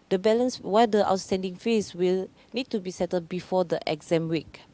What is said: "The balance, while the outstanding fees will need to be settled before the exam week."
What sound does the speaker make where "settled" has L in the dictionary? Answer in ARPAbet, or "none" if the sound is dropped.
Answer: none